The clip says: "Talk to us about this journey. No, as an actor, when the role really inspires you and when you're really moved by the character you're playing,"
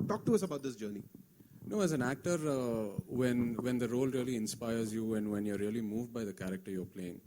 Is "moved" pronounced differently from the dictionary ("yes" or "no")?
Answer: no